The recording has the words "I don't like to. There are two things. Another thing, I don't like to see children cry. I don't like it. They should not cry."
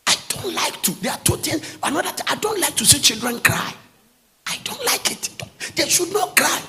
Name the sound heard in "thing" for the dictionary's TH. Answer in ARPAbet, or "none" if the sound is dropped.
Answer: T